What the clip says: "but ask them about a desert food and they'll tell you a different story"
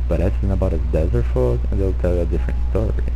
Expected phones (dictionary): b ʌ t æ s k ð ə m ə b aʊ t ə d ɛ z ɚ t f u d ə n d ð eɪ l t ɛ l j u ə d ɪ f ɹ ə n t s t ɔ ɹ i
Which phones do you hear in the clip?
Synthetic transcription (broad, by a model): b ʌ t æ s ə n ə b aʊ t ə d ɛ z ɚ t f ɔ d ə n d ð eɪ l t ɛ l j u ə d ɪ f ɹ ə n t s t ɔ ɹ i